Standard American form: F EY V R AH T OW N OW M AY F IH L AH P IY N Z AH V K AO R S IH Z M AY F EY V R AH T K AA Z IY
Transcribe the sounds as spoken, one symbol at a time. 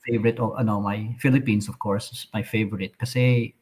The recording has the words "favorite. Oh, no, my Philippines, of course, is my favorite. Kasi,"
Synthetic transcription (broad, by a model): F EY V R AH T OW N OW M AY F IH L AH P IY N S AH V K AO R S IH M AY F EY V R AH T K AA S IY